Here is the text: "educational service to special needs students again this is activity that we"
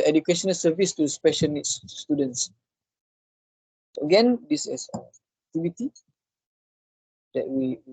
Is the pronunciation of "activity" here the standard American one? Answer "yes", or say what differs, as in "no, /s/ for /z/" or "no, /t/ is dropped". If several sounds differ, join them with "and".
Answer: no, /k/ is dropped and /b/ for /v/